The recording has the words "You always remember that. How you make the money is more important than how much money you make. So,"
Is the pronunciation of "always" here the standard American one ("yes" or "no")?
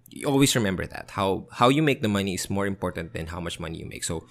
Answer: no